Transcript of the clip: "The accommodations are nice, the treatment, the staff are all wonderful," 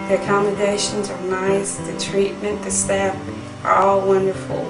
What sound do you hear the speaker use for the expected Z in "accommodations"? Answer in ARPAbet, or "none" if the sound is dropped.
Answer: Z